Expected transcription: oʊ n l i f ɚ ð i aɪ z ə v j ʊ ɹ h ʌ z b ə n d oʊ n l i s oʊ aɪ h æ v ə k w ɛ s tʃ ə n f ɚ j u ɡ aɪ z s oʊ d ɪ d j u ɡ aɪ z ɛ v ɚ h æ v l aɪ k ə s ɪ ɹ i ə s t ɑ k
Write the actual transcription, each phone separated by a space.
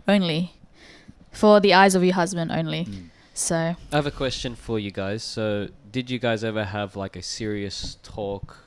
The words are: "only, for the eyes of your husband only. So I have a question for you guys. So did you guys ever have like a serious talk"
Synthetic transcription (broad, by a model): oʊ n l i f ɚ ð i aɪ z ə v j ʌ ɹ h ʌ z b ə n d oʊ n l i s oʊ aɪ v ə k w ɛ s tʃ ə n f ɚ j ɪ ɡ aɪ z s oʊ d ɪ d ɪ ɡ aɪ z ɛ v ɚ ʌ v l aɪ k ə s ɪ ɹ i ə s t ɑ k